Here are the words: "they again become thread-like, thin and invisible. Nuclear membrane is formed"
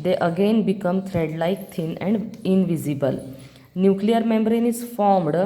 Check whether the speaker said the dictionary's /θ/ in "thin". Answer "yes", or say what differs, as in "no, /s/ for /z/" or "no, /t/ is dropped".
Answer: no, /t/ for /θ/